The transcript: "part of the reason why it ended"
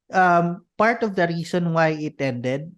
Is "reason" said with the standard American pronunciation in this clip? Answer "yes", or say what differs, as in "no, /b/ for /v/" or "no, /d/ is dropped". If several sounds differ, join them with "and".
no, /s/ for /z/